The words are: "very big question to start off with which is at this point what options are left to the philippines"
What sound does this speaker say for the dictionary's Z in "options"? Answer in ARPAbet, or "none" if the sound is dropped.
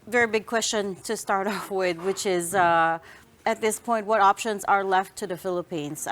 Z